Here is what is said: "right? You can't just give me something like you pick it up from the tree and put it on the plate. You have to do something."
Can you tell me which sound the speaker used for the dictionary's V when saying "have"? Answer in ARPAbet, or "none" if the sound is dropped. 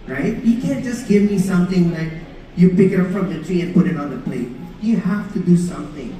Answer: F